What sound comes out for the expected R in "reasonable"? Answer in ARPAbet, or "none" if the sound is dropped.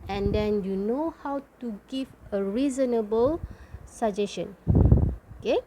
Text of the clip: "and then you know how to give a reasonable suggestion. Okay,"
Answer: R